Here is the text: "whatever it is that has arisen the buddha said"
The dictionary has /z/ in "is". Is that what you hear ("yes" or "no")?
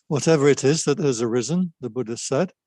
yes